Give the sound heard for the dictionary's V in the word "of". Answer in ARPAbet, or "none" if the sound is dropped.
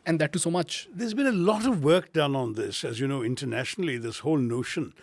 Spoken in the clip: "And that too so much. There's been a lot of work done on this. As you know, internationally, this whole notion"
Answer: V